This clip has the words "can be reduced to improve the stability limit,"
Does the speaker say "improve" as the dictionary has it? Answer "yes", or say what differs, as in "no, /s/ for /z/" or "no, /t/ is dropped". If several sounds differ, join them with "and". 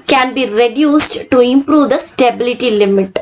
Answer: yes